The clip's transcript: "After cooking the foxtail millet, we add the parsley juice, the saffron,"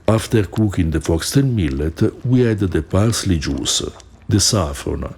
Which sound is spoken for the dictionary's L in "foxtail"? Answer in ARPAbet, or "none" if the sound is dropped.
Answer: N